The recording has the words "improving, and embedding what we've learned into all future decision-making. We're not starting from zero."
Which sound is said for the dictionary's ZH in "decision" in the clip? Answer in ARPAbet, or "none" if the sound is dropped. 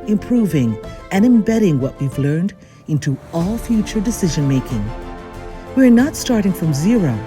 ZH